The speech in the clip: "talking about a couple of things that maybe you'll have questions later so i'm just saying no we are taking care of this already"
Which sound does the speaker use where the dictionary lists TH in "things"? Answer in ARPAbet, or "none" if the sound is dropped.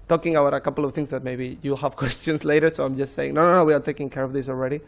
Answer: T